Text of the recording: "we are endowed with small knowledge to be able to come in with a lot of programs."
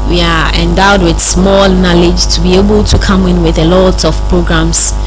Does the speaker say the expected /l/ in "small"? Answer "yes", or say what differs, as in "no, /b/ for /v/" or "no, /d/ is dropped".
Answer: yes